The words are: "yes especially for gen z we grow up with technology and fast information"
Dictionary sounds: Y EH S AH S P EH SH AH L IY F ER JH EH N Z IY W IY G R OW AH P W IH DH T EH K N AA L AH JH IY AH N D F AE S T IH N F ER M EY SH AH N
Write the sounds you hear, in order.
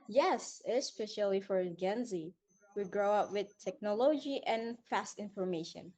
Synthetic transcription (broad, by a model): Y EH S AH S P EH SH AH L IY F ER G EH N Z IY W IY G R OW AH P W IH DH T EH K N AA L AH JH IY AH N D F AE S T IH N F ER M EY SH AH N